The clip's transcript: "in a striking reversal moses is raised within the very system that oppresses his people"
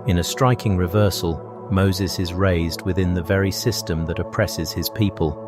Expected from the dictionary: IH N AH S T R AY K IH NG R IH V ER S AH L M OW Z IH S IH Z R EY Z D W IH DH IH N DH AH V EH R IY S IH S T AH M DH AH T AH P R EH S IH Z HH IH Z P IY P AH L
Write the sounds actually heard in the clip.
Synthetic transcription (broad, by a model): IH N AH S T R AY K IH NG R IH V ER S AH L M OW Z IH S IH Z R EY Z D W IH DH IH N DH AH V EH R IY S IH S T AH M DH AH T AH P R EH S IH Z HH IH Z P IY P AH L